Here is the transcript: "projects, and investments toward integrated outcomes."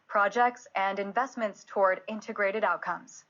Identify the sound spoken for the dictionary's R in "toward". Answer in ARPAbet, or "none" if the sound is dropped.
R